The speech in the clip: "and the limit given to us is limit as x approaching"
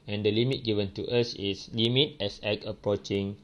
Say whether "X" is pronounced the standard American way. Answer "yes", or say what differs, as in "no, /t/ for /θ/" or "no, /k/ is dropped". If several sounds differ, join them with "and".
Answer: no, /s/ is dropped